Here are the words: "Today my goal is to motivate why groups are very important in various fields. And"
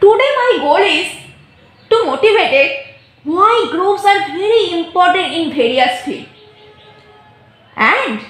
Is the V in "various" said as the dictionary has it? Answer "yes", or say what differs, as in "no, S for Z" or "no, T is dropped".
no, B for V